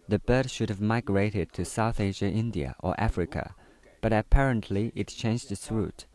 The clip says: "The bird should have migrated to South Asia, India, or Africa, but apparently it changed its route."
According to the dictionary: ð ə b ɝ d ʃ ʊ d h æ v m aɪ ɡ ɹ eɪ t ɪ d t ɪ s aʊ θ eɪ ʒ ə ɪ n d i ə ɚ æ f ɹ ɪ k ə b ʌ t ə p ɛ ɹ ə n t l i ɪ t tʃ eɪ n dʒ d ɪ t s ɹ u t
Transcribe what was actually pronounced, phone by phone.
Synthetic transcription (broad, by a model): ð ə b ɝ d ʃ ʊ d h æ v m aɪ ɡ ɹ eɪ t ɪ d t ɪ s aʊ θ eɪ ʒ ə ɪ n d i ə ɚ æ f ɹ ɪ k ə b ʌ t ə p ɛ ɹ ə n t l i ɪ t tʃ eɪ n dʒ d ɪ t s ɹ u t